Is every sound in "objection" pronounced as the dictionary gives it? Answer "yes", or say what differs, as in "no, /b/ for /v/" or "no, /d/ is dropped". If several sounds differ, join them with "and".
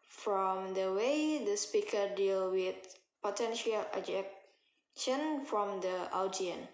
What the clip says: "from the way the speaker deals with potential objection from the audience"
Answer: no, /b/ is dropped